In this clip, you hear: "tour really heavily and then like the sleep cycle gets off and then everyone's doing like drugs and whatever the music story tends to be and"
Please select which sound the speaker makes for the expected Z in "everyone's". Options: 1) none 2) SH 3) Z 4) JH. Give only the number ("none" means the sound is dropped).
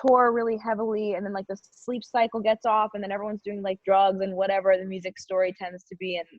3